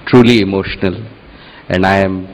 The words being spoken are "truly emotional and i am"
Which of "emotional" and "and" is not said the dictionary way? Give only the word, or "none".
none